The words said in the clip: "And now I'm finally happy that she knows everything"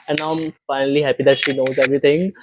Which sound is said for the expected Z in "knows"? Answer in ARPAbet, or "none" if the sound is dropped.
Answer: Z